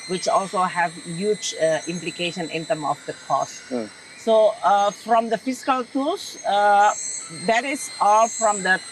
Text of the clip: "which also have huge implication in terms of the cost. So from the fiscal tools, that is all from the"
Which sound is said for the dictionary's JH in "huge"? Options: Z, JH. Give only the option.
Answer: JH